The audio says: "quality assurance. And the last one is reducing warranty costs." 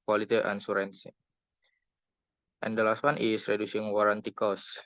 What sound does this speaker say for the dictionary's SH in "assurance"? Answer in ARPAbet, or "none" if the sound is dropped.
S